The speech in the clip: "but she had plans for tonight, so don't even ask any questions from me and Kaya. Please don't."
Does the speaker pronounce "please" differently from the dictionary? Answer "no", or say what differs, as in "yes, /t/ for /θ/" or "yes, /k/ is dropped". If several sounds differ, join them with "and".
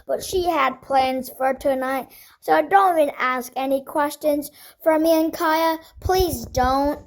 no